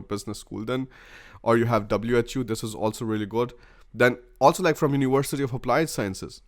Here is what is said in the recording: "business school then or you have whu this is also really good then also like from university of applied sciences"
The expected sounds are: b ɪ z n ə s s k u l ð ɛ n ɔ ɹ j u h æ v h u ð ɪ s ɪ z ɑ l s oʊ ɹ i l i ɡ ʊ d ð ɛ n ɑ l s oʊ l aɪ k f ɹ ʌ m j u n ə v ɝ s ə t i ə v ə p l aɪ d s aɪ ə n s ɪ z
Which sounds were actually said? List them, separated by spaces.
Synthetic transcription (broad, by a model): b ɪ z n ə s s k u l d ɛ n ɔ ɹ j u h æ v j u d ɪ s ɪ z ɑ l s oʊ ɹ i l i ɡ ʊ d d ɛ n ɑ l s oʊ l aɪ k f ɹ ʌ m j u n ə v ɝ s ə t i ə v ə p l aɪ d s aɪ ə n s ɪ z